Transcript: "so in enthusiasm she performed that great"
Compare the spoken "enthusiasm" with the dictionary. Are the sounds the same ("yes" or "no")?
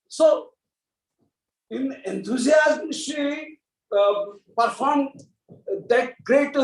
no